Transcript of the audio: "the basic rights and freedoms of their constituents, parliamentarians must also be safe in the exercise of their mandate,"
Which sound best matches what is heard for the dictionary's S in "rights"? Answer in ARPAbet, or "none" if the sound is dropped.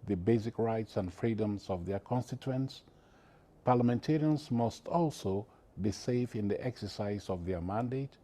S